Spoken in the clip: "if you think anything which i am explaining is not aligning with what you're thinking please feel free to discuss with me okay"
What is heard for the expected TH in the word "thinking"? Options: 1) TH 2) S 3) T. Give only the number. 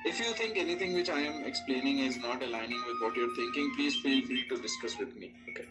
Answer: 3